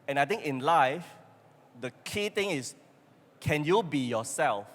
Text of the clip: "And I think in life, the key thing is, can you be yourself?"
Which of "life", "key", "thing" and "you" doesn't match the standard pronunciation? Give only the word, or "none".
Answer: thing